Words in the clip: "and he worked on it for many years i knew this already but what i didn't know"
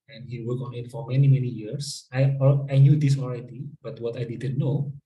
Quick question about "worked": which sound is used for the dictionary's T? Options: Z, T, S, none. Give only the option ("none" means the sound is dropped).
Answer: none